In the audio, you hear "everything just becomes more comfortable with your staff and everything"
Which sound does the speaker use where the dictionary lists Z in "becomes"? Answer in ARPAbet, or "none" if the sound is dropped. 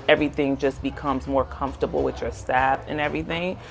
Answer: Z